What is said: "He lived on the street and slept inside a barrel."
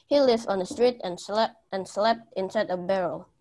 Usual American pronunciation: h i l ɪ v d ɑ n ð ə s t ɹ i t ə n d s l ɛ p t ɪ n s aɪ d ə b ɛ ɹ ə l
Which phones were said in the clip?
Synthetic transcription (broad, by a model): h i l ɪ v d ɑ n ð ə s t ɹ i t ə n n s l ɛ p t ɪ n s aɪ d ə b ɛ ɹ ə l